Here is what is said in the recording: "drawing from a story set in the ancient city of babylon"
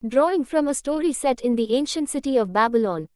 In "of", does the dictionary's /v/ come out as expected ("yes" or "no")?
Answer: yes